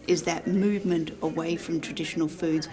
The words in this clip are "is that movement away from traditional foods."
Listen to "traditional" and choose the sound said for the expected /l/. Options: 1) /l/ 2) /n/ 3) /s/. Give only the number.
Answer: 1